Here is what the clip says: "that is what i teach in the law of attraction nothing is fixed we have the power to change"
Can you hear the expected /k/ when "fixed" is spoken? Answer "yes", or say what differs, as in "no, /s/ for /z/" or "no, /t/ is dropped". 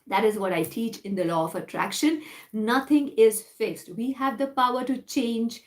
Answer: yes